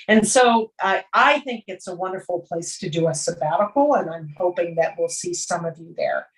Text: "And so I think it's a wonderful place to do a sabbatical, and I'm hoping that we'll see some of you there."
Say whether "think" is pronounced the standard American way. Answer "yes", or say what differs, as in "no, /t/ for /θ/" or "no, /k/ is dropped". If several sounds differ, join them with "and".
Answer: yes